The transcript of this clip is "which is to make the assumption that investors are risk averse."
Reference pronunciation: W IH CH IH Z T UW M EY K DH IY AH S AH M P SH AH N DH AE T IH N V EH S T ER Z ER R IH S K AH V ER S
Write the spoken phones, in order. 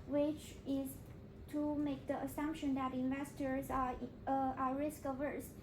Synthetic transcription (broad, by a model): W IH CH IH Z T UW M EY K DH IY AH S AH M P SH AH N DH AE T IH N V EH S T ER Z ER R IH S K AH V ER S